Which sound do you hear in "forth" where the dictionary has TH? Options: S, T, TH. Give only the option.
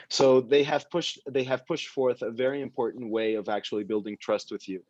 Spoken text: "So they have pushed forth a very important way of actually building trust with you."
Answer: TH